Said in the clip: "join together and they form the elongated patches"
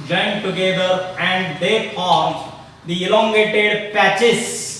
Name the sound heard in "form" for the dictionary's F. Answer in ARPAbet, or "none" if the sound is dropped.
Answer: P